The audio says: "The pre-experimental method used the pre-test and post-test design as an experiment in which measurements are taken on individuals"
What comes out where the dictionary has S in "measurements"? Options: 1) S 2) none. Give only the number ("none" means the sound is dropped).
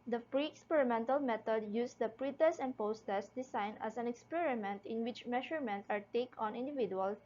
2